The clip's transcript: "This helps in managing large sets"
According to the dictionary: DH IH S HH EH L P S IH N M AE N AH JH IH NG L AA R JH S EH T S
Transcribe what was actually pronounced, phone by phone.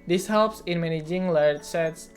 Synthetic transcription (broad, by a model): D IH S HH EH L P S IH N M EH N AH JH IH NG L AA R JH S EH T S